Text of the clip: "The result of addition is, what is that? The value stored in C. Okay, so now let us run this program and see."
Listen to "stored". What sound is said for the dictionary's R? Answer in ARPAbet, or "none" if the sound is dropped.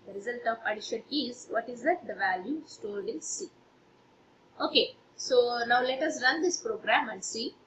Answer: L